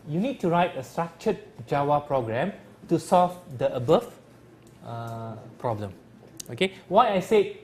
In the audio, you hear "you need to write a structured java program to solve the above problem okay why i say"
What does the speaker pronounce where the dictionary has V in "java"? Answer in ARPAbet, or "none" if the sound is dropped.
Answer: W